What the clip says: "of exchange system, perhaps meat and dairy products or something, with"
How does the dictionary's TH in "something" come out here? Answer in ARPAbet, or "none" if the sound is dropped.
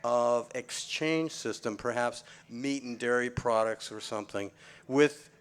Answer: TH